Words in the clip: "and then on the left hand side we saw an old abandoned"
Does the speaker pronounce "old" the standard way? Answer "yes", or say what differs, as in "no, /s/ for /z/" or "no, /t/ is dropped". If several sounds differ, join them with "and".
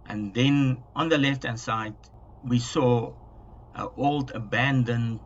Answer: yes